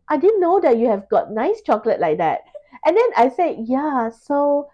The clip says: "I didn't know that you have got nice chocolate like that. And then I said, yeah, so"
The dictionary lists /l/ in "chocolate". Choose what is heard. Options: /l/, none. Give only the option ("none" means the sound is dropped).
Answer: /l/